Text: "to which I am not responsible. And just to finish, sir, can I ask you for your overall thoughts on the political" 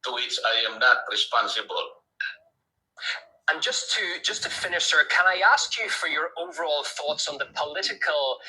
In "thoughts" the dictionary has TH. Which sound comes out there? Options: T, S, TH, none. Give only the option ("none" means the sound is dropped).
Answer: TH